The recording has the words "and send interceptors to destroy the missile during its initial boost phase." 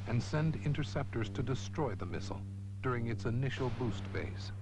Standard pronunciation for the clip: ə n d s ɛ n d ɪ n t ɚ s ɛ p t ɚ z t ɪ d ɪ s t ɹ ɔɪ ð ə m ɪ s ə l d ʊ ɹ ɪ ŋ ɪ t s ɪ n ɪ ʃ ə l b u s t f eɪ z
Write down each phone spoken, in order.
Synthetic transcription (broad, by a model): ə n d s ɛ n d ɪ n t ɚ s ɛ p t ɚ z t ɪ d ɪ s t ɹ ɔɪ ð ə m ɪ s l d ʊ ɹ ɪ ŋ ɪ t s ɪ n ɪ ʃ l b u s t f eɪ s